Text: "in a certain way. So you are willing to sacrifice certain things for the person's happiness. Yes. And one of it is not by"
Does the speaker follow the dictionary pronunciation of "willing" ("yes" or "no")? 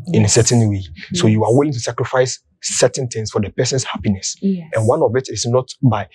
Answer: yes